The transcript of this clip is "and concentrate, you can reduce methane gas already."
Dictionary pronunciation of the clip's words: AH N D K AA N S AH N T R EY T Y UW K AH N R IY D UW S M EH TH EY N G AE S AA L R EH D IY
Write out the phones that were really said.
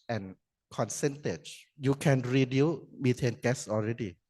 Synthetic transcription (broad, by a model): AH N K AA N S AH N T EY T Y UW K AH N R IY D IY M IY T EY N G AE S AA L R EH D IY